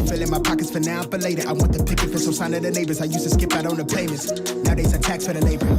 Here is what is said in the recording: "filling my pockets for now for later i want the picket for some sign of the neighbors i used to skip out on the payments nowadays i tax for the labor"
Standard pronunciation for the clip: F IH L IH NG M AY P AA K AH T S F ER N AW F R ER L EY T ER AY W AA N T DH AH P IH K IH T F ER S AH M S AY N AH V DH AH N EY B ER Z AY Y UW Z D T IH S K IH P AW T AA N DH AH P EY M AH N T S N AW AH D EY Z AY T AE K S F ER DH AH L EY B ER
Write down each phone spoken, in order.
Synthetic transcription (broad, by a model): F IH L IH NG M AY P AA K AH T S F ER N AW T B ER L EY T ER AY W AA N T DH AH P IH K IH T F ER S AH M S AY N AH DH AH N EY B ER Z AY Y UW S T IH S K IH P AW T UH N DH AH P EY M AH N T S N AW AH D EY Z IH T AE K S F ER DH AH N EY B ER